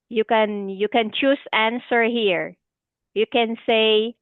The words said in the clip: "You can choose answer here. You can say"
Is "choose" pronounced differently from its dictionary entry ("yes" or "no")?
yes